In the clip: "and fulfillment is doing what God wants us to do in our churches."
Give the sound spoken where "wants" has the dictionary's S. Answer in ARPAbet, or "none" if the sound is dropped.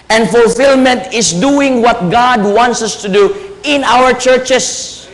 S